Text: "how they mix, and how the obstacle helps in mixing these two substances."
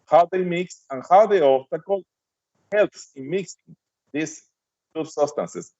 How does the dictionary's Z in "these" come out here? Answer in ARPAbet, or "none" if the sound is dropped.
S